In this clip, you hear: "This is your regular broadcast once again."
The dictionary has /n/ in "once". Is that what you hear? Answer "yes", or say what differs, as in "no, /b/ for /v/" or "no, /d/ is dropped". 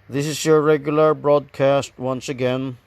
yes